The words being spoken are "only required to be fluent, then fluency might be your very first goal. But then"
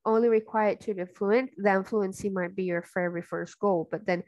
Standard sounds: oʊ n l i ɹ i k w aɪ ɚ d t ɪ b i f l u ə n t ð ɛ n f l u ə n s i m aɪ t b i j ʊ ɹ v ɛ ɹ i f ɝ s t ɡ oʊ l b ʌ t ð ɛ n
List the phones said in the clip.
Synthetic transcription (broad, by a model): oʊ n l i ɹ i k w aɪ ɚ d t ɪ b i f l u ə n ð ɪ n f l u ə n s i m aɪ t b i j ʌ ɹ f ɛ ɹ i f ɝ s t ɡ oʊ l b ʌ t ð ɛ n